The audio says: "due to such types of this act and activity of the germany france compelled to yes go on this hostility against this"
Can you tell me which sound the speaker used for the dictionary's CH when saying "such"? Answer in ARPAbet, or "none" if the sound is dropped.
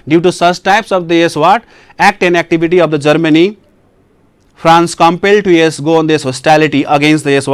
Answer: S